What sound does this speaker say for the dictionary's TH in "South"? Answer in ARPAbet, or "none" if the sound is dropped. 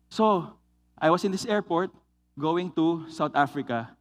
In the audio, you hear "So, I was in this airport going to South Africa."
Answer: T